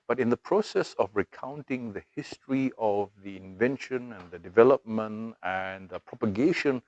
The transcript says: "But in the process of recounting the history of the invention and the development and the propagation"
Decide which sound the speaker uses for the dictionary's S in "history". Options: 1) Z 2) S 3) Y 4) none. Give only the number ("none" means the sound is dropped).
2